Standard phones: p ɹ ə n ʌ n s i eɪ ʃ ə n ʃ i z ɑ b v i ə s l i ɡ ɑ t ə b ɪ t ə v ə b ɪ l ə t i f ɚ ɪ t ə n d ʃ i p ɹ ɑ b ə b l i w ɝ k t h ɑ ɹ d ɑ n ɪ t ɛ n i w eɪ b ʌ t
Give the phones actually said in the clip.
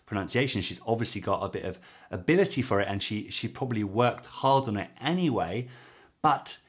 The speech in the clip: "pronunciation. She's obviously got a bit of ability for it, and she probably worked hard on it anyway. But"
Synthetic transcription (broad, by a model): p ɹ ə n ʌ n s i eɪ ʃ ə n ʃ i z ɑ b v i ə s l i ɡ ɑ t ə b ɪ t ə v ə b ɪ l ə t i f ɚ ɪ t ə n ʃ ʃ i p ɹ ɑ b ə b l i w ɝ k t h ɑ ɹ d n ɪ t ɛ n i w eɪ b ʌ t